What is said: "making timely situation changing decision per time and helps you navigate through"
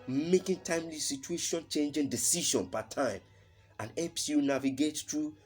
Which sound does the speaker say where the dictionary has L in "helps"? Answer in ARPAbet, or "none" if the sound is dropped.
none